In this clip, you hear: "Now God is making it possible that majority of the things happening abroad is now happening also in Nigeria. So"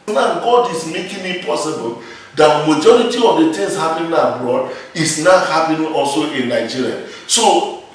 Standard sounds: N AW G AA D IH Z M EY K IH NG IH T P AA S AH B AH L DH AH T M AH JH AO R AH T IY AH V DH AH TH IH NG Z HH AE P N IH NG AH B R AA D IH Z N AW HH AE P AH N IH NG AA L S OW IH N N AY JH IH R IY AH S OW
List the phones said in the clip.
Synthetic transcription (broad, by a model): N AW G AA D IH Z M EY K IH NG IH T P AA S AH B AH L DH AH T M AH JH AO R AH T IY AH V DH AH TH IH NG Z HH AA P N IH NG AH B R AA D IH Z N AW HH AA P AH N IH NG AA L S OW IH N N AY JH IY R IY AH S OW